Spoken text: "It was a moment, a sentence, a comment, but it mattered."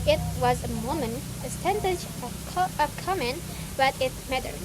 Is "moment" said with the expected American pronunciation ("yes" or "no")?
no